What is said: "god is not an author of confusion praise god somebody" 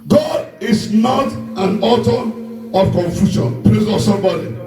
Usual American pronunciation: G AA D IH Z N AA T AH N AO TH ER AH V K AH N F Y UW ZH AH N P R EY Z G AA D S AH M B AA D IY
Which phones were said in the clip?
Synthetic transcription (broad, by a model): G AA D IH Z N AA T AH N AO T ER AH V K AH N F Y UW SH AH N P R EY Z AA S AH M B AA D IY